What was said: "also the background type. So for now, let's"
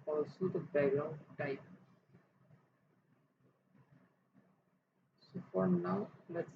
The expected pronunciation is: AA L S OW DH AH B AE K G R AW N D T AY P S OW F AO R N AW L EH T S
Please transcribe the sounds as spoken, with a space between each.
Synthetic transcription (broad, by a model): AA L S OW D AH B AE G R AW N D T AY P S OW F AO R N AW L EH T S